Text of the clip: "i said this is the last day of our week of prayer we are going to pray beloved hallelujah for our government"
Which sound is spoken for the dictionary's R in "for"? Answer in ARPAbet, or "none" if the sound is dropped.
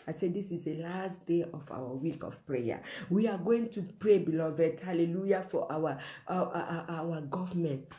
W